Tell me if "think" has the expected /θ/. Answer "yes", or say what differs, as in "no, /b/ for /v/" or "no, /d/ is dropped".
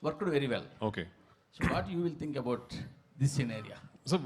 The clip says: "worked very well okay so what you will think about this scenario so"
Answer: no, /t/ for /θ/